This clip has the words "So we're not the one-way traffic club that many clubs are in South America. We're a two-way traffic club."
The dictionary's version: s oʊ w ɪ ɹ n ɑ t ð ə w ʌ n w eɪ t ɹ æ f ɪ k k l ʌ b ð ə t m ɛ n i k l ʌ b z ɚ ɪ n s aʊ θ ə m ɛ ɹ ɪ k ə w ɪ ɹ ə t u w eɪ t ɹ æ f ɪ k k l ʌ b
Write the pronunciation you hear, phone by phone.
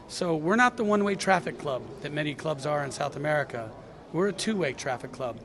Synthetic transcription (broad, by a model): s oʊ w ɪ ɹ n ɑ t ð ə w ʌ n w eɪ t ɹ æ f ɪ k k l ʌ b ð ə t m ɛ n i k l ʌ b z ɚ ɪ n s aʊ θ ə m ɛ ɹ ɪ k ə w ɪ ɹ ə t u w eɪ t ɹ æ f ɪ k k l ʌ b